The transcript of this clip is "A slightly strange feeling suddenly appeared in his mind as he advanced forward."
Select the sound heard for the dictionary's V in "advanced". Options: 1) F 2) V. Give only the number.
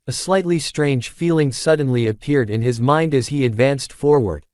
2